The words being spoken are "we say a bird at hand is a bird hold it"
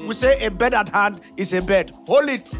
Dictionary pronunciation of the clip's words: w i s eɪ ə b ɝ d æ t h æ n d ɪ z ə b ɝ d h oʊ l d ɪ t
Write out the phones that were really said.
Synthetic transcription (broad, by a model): w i s eɪ ə b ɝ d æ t h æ n d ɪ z ə b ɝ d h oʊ l ɪ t